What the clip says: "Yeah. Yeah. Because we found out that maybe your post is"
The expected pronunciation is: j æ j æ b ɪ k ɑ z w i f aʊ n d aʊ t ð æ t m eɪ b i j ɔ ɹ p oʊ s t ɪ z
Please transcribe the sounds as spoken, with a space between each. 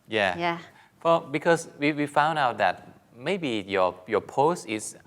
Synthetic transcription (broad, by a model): j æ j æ b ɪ k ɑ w w i f aʊ n d aʊ t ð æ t m eɪ b i j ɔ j p oʊ s t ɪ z